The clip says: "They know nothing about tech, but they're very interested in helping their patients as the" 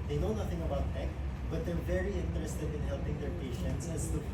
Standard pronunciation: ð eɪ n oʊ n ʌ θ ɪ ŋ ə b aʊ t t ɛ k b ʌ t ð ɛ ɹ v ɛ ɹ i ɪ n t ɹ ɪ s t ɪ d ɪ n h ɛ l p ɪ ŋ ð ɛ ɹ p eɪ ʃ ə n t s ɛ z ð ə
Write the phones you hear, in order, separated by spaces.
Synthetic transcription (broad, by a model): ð eɪ n oʊ n ʌ θ ɪ ŋ ə b aʊ t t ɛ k b ʌ t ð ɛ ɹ v ɛ ɹ i ɪ n t ɹ ɪ s t ɪ d ɪ n h ɛ l p ɪ ŋ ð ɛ ɹ p eɪ ʃ ə n t s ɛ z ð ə